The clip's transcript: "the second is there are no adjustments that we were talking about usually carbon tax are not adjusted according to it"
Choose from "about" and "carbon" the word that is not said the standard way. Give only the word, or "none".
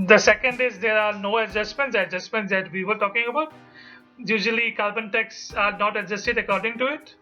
carbon